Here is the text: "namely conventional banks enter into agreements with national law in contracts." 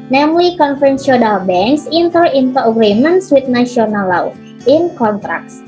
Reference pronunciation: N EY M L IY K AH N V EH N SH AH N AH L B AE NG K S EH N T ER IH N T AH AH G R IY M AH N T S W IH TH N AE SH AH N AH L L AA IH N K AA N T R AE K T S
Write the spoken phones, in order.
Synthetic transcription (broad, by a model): N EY M L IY K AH N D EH N S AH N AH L B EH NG K S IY N T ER IH N T AH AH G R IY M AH N S W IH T N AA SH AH N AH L L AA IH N K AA N T R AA K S